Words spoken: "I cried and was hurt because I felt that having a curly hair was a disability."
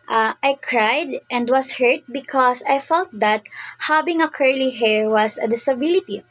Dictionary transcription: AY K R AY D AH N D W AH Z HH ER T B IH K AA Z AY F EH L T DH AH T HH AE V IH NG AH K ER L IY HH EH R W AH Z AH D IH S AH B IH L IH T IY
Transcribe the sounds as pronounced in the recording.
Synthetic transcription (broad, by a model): AY K R AY D AH N D W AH S HH ER T B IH K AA S AY F EH L T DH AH T HH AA B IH NG AH K ER L IY HH EH R W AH S AH D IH S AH B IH L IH T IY